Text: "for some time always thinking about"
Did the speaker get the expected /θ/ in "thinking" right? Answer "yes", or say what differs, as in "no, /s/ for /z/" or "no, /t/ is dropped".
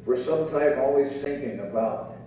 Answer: yes